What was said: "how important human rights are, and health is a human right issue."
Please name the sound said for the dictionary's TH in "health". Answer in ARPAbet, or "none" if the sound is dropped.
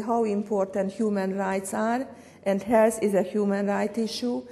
S